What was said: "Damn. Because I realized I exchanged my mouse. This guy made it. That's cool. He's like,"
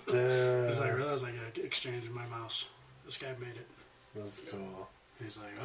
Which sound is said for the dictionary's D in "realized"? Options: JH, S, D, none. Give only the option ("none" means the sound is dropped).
none